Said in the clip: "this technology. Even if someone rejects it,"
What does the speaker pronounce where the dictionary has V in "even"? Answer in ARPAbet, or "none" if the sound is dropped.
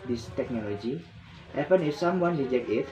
P